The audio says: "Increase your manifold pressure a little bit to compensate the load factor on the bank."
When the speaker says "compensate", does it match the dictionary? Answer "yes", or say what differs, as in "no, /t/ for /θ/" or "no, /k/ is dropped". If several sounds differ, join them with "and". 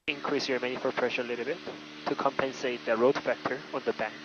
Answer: yes